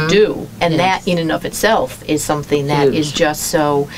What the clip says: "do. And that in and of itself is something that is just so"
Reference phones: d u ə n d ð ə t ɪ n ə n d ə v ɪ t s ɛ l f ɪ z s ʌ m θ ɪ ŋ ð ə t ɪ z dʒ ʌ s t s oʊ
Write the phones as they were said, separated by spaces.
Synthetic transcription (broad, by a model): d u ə n ð ə t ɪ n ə n ə v ɪ t s ɛ l f ɪ z s ʌ m θ ɪ ŋ ð ə t ɪ z dʒ ʌ s t s oʊ